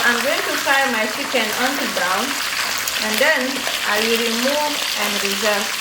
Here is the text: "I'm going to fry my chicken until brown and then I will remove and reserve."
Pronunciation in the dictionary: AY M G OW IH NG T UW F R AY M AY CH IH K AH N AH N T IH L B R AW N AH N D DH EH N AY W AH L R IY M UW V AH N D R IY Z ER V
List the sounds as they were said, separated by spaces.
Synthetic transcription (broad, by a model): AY M G OW IH NG T UW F AY M AY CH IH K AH N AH N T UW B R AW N AH N D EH N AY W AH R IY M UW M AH N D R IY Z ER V